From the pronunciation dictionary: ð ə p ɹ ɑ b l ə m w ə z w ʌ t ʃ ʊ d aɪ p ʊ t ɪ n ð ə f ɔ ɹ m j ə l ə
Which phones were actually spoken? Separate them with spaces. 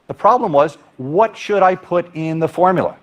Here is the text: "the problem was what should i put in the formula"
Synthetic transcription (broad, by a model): ð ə p ɹ ɑ b l ə m w ə z w ʌ t ʃ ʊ d aɪ p ʊ t ɪ n ð ə f ɔ ɹ m j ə l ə